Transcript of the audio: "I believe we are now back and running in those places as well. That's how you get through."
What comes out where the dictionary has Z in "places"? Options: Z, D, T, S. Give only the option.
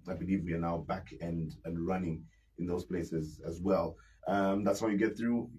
Z